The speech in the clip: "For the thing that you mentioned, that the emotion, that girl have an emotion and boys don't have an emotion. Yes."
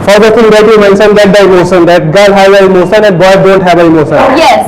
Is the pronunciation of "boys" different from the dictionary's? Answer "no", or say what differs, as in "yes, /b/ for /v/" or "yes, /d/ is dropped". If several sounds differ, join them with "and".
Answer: yes, /z/ is dropped